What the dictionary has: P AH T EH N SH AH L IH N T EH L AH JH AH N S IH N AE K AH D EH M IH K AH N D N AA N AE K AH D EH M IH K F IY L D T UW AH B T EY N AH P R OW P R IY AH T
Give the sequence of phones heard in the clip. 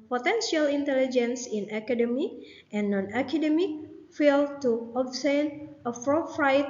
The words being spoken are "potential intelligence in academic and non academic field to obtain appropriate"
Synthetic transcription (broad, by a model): P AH T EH N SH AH L IH N T EH L AH JH AH N S IH N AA K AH D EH M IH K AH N N AA N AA K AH D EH M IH K F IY L T UW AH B S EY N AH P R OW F R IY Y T